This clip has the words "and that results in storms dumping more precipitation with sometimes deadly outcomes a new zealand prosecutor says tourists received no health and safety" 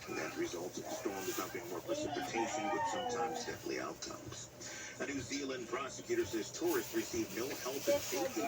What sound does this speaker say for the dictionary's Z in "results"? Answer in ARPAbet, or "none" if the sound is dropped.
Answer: Z